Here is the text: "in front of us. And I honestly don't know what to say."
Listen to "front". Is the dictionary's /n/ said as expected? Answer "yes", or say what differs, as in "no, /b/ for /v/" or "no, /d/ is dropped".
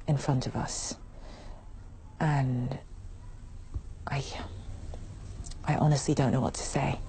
yes